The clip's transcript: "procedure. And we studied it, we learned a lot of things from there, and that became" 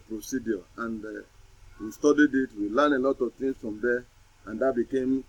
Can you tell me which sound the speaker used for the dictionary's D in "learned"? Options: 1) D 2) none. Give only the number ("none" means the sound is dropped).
2